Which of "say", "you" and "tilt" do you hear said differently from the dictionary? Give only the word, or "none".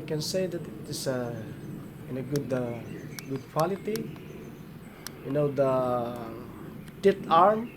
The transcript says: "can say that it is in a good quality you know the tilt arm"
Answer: tilt